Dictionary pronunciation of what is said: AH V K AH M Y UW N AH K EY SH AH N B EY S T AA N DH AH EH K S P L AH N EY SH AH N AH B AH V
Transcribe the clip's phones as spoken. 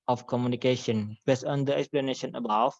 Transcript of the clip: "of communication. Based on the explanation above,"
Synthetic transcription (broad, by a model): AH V K AH M Y UW N AH K EY SH AH N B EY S AA N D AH EH K S P L AH N EY SH AH N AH B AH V